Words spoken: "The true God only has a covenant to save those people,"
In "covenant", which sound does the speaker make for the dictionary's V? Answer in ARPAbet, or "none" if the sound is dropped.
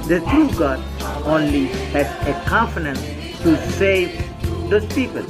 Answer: F